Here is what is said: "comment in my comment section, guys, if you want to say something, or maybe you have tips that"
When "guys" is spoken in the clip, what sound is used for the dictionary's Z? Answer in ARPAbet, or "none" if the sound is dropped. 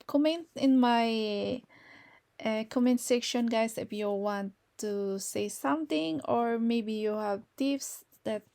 S